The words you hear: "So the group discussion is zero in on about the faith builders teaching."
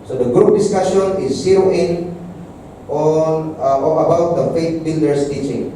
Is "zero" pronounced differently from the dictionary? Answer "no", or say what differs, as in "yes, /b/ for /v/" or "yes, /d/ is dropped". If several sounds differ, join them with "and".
yes, /ɹ/ is dropped